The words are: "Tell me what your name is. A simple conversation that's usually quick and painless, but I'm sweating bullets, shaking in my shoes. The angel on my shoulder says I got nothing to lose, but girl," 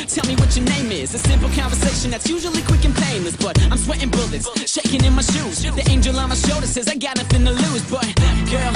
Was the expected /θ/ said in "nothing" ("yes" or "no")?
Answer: no